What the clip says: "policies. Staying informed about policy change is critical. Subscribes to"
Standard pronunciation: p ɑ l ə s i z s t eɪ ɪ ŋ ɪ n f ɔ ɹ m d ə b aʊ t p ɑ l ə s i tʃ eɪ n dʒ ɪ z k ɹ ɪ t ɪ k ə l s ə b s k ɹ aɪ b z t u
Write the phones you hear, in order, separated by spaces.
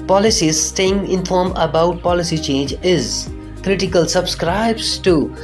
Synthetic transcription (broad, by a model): p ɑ l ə s i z s t eɪ ɪ ŋ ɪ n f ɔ ɹ m ə b aʊ t p ɑ l ə s i tʃ eɪ n dʒ ɪ z k ɹ ɪ t ɪ k ə l s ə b s k ɹ aɪ b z t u